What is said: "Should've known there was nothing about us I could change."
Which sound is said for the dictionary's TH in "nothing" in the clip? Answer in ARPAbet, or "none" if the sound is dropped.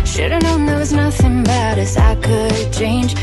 TH